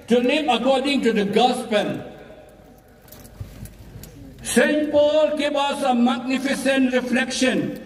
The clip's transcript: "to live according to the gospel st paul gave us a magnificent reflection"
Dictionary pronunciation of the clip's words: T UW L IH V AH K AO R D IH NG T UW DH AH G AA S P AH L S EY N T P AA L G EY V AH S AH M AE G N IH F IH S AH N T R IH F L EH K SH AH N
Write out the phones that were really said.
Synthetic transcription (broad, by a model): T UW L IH AH K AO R D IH NG T UW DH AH G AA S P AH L S EY N T P AA L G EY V AH S AH M AE G N IH F IH S AH N T R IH F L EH K SH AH N